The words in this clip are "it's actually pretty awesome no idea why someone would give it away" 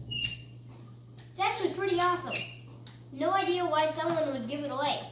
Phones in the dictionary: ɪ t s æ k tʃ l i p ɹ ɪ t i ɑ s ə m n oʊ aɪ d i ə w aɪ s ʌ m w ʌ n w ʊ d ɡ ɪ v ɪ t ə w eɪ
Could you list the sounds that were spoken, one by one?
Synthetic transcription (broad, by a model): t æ tʃ w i p ɹ ɪ t i ɑ s ə m n oʊ aɪ d i ə w aɪ s ʌ m w ʌ n w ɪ d ɡ ɪ v ɪ t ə w eɪ